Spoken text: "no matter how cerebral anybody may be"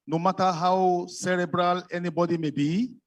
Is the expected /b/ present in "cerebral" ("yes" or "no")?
yes